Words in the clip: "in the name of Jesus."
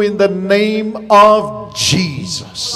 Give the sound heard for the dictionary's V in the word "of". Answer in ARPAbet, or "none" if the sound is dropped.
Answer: V